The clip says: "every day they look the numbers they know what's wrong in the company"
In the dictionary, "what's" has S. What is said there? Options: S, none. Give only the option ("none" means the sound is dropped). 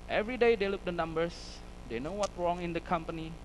none